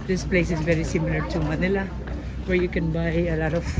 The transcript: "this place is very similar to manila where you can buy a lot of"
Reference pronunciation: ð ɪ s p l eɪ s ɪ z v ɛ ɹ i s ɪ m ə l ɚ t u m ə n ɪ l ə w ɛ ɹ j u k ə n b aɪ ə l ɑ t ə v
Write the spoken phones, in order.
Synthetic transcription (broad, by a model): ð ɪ s p l eɪ s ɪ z v ɛ ɹ i s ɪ m l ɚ t u m ə n ɪ l ə w ɛ ɹ j u k ə n b aɪ ə l ɑ t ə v